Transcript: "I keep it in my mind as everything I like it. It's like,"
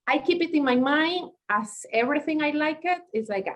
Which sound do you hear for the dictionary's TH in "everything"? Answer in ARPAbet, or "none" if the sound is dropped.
TH